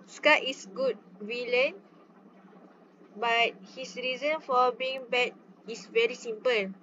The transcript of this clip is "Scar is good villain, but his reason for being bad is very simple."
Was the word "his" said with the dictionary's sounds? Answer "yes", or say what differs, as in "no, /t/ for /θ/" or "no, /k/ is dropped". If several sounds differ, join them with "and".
no, /s/ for /z/